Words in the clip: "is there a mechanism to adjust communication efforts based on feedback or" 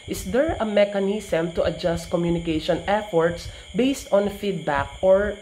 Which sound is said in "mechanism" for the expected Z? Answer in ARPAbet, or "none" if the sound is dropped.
S